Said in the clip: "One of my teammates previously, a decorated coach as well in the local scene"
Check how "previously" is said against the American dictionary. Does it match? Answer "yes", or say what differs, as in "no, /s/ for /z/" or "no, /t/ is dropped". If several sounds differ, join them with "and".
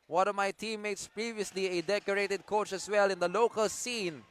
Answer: yes